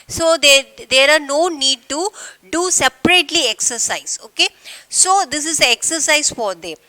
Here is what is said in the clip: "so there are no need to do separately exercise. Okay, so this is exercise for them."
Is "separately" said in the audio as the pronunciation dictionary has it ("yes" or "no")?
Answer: yes